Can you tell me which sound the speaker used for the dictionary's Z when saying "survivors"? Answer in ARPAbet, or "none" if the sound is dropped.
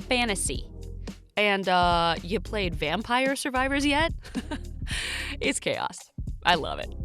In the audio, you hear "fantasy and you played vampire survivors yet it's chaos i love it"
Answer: Z